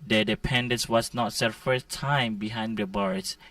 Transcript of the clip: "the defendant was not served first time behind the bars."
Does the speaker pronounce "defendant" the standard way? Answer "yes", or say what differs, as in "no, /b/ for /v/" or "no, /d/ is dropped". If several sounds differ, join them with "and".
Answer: no, /p/ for /f/